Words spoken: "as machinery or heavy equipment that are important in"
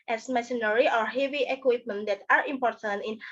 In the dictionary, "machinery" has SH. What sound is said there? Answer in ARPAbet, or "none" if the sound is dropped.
S